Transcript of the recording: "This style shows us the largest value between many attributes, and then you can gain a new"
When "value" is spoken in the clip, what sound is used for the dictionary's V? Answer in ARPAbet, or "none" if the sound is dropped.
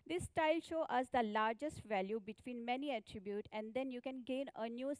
V